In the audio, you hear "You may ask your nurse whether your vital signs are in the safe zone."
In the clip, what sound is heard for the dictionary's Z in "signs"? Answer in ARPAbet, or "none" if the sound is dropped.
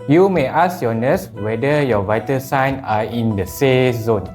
none